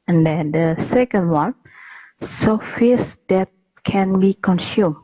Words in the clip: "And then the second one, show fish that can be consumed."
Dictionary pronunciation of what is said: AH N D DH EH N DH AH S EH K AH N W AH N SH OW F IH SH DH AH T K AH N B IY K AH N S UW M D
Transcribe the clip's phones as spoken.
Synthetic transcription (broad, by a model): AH N D EH N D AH S EH K AH N W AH N S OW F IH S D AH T K AH N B IY K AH N S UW M